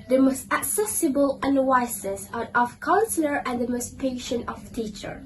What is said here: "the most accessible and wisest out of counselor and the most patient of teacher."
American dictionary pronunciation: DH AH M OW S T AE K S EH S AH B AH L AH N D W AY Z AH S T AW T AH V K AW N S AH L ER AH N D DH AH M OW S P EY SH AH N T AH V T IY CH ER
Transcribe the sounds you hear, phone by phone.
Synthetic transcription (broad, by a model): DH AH M OW S T AE K S EH S AH B AH L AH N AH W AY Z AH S AW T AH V K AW N S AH L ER AH N D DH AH M OW S P EY SH AH N T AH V T IY CH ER